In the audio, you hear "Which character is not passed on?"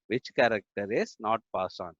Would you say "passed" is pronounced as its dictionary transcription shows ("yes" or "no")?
no